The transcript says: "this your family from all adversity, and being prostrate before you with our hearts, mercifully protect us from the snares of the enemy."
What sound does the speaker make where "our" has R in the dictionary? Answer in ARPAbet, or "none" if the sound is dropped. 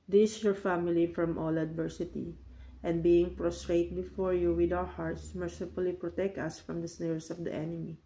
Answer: W